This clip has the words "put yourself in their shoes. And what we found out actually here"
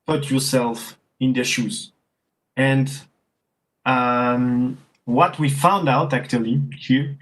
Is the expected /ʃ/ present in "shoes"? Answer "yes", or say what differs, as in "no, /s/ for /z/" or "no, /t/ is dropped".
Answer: yes